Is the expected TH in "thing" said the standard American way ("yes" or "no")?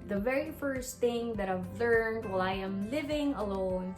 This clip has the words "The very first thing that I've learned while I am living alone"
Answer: yes